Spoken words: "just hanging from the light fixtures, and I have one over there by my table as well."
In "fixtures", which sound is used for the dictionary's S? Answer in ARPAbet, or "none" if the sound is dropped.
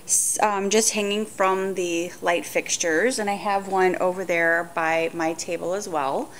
S